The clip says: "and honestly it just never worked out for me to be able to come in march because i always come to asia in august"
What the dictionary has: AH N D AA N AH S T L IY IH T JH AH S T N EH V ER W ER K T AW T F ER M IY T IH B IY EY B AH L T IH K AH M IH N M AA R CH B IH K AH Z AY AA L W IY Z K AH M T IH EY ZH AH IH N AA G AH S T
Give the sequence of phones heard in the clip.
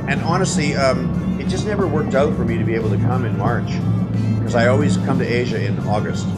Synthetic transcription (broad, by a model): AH N AA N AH S T L IY IH T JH AH S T N EH V ER W ER K T AW T F ER M IY T IH B IY EY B L T IH K AH M IH N M AA R CH K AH Z AY AA L W IY Z K AH M T IH EY ZH AH IH N AA G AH S T